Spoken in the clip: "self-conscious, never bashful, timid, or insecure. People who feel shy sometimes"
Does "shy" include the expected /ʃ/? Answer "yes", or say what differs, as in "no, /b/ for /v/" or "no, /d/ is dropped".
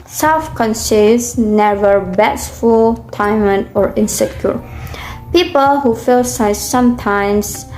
no, /s/ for /ʃ/